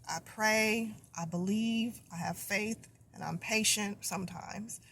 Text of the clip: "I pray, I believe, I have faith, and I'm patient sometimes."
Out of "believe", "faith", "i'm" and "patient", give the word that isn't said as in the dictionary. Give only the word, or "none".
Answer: none